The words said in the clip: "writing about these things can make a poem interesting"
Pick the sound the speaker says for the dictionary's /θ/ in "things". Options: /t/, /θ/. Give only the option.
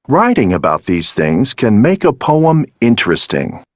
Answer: /θ/